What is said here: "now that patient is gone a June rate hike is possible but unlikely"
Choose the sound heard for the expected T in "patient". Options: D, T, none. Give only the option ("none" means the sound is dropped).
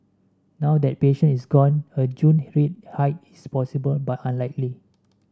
none